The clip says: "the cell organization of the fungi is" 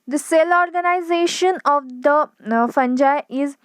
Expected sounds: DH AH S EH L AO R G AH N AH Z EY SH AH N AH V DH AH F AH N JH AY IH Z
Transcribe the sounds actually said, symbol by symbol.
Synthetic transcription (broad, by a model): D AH S EH L AO R G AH N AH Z EY SH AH N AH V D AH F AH N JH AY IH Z